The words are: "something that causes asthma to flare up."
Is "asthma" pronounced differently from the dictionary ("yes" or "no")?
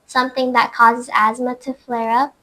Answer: no